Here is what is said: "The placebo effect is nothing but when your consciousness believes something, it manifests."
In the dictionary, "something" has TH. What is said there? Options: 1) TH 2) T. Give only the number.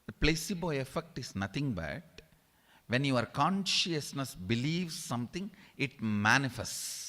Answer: 2